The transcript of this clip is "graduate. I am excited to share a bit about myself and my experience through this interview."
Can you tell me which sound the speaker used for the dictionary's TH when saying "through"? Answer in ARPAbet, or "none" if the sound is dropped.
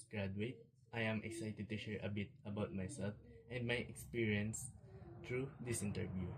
T